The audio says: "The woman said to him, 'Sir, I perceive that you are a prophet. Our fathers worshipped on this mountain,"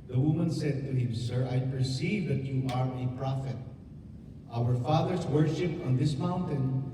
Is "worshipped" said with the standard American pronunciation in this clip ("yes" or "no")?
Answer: no